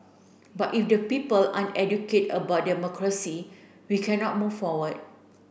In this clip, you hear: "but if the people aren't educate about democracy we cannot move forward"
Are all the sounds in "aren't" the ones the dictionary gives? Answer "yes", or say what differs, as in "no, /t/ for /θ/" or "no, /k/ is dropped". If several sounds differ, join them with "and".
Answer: no, /t/ is dropped